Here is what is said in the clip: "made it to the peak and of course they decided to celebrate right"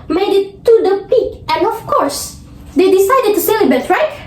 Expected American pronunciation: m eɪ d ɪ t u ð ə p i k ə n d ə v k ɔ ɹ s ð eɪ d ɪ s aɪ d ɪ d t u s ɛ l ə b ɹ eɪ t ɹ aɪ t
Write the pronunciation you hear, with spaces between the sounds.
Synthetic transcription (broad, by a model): m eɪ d ɪ t u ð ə p i k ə n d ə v k ɔ ɹ s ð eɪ d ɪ s aɪ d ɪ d t u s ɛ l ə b eɪ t ɹ aɪ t